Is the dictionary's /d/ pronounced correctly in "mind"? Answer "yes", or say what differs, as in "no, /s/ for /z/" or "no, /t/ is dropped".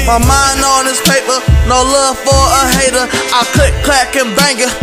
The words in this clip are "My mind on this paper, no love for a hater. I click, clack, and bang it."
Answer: no, /d/ is dropped